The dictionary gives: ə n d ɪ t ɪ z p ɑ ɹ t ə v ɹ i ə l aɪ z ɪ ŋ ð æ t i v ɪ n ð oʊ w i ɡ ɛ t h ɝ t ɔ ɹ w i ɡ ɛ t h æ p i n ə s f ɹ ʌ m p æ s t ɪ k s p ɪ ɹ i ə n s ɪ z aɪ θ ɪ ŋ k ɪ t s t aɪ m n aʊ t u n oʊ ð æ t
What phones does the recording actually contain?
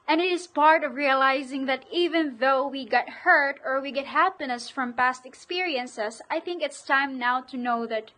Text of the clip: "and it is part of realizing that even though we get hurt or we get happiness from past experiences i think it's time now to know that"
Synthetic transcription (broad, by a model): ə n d ɪ t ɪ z p ɑ ɹ t ə v ɹ i ə l aɪ z ɪ ŋ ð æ t i v ɪ n ð oʊ w i ɡ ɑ t h ɝ t ɔ ɹ w i ɡ ɛ t h æ p i n ə s f ɹ ʌ m p æ s t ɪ k s p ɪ ɹ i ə n s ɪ s aɪ θ ɪ ŋ k ɪ t s t aɪ m n aʊ t u n oʊ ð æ t